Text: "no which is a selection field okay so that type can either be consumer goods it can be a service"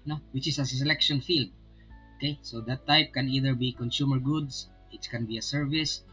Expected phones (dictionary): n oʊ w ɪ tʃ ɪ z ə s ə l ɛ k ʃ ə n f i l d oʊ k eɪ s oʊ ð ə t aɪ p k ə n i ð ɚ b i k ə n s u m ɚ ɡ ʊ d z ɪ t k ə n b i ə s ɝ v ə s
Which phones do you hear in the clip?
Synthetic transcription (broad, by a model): n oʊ w ɪ tʃ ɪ s ə s ə l ɛ k ʃ ə n f i l d oʊ k eɪ s oʊ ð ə t aɪ p k ə n i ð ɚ b i k ə n s u m ɚ ɡ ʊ d s ɪ t k ə n b i ə s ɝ v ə s